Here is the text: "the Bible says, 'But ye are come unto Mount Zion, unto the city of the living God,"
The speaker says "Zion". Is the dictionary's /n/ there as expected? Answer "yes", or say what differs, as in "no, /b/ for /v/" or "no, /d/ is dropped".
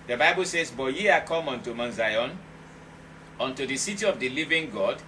yes